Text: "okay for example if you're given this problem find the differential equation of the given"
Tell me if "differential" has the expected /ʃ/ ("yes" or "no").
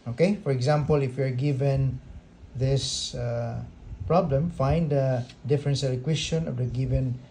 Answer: no